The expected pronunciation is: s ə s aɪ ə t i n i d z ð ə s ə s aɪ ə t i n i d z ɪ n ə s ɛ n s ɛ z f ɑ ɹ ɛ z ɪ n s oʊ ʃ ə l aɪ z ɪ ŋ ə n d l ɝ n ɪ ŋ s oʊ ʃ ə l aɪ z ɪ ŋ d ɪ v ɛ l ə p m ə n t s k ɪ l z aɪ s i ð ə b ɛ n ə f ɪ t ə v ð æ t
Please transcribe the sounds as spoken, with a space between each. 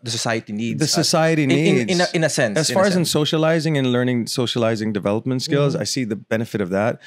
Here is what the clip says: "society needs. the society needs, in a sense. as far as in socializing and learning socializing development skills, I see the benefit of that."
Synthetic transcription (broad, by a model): s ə s aɪ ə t i n i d ð ə s ə s aɪ ə t i n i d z ɪ n ə s ɛ n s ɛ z f ɑ ɹ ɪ z ɪ n s oʊ ʃ ə l aɪ z ɪ ŋ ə n l ɝ n ɪ ŋ s oʊ ʃ ə l aɪ z ɪ ŋ d ɪ v ɛ l ə p m ə n t s k ɪ l z aɪ s i ð ə b ɛ n ə f ɪ t ə v ð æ t